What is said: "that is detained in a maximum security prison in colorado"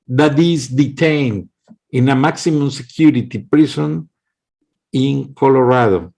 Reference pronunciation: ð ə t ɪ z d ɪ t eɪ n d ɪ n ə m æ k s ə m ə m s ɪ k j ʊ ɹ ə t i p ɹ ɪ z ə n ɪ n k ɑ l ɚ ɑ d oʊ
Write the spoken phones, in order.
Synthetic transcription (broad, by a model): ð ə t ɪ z d ɪ t eɪ n d ɪ n ə m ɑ k s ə m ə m s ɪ k j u ɹ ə t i p ɹ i s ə n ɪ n k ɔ l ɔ ɑ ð oʊ